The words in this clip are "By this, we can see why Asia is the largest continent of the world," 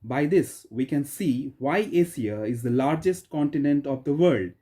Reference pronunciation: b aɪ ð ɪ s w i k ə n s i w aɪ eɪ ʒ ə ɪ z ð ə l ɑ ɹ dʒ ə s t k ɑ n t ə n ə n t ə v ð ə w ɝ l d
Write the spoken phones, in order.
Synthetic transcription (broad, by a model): b aɪ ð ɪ s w i k ə n s i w aɪ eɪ s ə ɪ z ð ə l ɑ ɹ dʒ ə s t k ɑ n t ə n ə n t ə v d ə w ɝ l d